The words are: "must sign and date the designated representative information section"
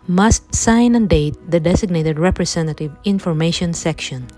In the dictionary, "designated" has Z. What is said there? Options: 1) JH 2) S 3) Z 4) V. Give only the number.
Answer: 2